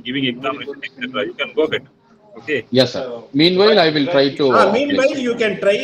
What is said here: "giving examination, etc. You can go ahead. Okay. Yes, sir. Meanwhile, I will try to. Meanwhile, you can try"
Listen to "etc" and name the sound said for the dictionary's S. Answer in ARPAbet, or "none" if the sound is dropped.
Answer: none